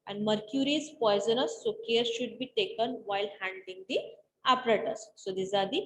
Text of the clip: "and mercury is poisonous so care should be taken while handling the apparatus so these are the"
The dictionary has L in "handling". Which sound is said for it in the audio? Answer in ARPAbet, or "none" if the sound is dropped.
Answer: none